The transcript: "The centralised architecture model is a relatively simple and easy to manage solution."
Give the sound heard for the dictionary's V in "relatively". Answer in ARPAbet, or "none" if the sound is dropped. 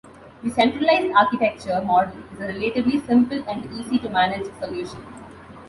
B